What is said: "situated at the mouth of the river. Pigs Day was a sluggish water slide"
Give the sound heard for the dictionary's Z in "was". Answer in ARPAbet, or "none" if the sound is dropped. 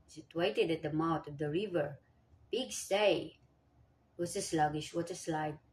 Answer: S